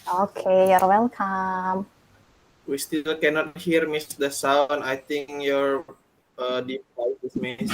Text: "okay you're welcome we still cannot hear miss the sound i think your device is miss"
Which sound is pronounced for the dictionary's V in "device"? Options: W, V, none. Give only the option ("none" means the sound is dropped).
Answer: none